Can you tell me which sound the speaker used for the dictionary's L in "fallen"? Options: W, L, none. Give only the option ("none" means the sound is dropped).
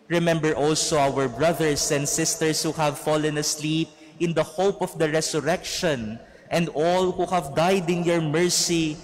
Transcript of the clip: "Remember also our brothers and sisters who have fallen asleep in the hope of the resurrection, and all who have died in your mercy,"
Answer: L